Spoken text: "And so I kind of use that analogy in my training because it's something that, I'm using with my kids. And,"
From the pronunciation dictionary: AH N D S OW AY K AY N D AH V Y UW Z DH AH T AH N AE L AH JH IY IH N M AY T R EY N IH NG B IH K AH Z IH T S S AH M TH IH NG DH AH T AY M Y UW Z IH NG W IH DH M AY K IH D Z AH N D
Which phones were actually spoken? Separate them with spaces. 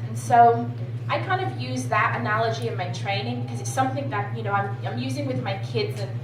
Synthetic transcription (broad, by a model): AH N S OW AY K AY N D AH V Y UW Z DH AH T AH N AE L AH JH IY IH N M AY T R EY N IH NG B IH K AH Z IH T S S AH M TH IH NG DH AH T AY M Y UW Z IH NG W IH DH M AY K IH D Z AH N